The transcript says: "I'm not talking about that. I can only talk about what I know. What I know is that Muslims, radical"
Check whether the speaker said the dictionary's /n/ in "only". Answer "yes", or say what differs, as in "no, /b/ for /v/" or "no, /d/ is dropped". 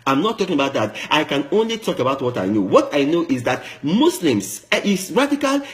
yes